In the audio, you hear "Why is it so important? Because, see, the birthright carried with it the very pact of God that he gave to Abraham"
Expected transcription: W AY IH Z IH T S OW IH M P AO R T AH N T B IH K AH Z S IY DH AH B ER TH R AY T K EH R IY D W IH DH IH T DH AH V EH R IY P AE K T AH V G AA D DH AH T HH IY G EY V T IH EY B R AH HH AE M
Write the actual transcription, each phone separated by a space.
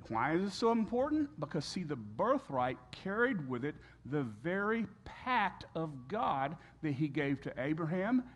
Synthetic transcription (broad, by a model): W AY IH Z IH T S OW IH M P AO R T N B IH K AH Z S IY DH AH B ER TH R AY T K EH R IY D W IH DH IH T DH AH V EH R IY P AE K T AH V G AA D DH AH T HH IY G EY V T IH EY B R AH HH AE M